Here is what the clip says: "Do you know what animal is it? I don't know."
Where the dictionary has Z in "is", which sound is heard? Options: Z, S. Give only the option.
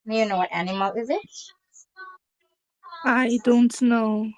Z